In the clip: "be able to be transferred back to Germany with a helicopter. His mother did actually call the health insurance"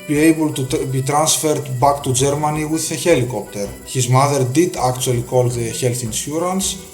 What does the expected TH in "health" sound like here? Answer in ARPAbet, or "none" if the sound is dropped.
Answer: TH